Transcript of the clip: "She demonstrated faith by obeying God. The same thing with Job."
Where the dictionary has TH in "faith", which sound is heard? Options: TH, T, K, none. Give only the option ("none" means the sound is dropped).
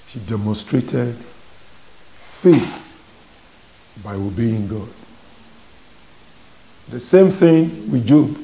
T